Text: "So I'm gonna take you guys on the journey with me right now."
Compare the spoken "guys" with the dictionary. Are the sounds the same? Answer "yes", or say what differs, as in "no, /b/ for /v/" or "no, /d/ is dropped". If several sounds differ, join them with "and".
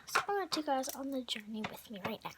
yes